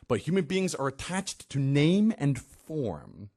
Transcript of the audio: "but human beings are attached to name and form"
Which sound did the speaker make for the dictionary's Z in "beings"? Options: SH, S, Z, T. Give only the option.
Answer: Z